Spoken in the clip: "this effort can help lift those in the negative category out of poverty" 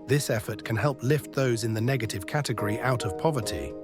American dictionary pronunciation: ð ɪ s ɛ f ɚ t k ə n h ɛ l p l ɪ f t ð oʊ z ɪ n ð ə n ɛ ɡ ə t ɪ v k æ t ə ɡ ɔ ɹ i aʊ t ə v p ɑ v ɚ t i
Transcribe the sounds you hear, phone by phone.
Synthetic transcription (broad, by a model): ð ɪ s ɛ f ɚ t k ə n h ɛ l p l ɪ f t ð oʊ z ɪ n ð ə n ɛ ɡ ə t ɪ v k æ t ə ɡ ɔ ɹ i aʊ t ə v p ɑ v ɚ t i